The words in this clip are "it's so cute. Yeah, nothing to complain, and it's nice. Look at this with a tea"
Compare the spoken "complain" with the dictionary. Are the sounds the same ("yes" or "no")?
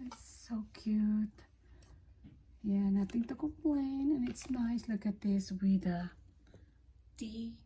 no